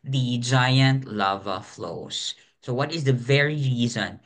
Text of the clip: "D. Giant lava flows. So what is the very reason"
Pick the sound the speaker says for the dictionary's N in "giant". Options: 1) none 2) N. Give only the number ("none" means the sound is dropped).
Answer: 2